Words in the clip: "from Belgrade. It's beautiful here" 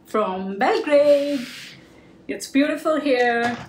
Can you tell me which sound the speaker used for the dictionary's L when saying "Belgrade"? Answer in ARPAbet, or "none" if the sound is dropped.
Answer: none